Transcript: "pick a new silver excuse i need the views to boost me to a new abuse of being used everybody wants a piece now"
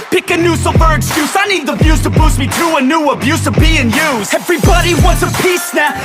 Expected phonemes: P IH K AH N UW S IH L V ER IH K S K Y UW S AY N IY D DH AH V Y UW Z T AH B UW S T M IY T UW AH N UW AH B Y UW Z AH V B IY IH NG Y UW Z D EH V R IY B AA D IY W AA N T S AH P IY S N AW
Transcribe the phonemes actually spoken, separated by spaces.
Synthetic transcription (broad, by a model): P IH K AH N UW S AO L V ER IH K S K Y UW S AY N IY D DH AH B Y UW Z T AH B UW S M IY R UW AH N UW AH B Y UW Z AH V B IY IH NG Y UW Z EH V R IY B AA D IY W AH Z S AH P IY S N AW